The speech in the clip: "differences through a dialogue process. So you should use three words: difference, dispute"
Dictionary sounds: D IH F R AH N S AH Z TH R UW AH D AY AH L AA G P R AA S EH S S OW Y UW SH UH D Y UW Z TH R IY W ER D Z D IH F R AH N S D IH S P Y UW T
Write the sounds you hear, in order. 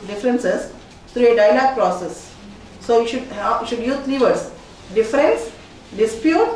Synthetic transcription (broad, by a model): D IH F R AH N S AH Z T R UW AH D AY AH L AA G P R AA S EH S SH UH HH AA SH UH D Y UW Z T R IY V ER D S D IH F R AH N S D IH S P Y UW T